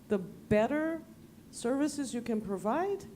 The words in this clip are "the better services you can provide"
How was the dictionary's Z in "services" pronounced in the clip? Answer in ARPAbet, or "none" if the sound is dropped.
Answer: Z